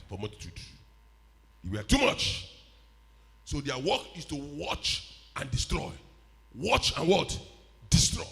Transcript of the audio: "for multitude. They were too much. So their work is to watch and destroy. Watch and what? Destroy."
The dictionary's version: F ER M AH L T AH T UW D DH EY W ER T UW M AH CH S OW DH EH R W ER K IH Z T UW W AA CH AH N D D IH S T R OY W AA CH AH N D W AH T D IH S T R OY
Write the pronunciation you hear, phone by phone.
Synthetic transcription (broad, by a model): F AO M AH T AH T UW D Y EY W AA T UW M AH CH S OW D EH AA W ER K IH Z T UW W AA CH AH N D D IH S T R OY W AA CH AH N W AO T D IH S T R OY